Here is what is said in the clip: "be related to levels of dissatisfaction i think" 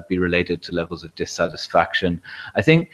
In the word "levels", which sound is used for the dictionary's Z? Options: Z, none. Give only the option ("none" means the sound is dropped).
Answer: Z